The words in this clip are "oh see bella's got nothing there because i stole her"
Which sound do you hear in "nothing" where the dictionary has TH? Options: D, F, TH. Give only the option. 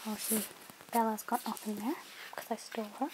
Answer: F